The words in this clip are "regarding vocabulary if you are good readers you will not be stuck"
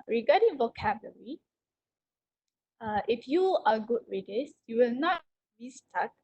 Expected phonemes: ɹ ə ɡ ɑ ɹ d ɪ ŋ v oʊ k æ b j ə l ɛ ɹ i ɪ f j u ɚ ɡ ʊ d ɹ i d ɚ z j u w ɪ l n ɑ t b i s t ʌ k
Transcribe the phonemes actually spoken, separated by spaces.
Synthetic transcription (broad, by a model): ɹ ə ɡ ɑ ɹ d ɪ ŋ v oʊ k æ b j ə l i i ɪ f j u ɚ ɡ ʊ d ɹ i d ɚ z j u w ɪ l n ɑ t b i s t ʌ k